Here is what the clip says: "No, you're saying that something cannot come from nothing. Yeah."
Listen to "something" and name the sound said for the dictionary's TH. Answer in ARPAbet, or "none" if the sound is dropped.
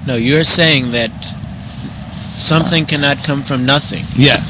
TH